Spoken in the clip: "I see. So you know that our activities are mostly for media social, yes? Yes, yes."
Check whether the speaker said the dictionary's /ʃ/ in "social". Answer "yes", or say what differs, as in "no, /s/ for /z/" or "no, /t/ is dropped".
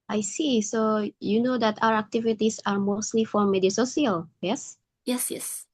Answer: no, /s/ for /ʃ/